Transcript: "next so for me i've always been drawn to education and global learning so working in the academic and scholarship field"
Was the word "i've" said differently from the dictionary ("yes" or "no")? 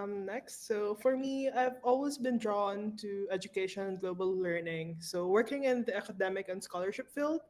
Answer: no